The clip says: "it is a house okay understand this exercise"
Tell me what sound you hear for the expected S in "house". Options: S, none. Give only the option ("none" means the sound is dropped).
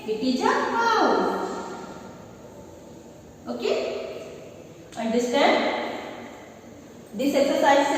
none